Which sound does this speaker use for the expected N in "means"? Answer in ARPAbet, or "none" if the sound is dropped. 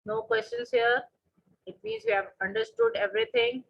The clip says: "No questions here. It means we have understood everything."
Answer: none